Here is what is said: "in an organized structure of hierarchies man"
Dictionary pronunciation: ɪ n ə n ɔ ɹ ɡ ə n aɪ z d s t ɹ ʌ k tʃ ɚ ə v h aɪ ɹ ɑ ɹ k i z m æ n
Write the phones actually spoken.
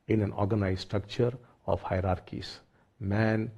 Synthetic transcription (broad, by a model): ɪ n ə n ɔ ɹ ɡ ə n aɪ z s t ɹ ʌ k tʃ ɚ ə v h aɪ ɹ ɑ ɹ k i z m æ n